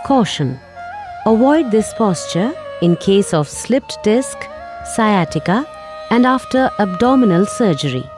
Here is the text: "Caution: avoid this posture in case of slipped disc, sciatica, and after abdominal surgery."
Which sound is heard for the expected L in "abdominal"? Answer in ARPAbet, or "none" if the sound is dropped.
L